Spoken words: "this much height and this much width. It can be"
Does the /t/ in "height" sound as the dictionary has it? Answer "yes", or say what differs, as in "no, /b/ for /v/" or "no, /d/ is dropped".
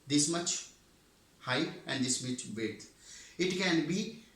no, /t/ is dropped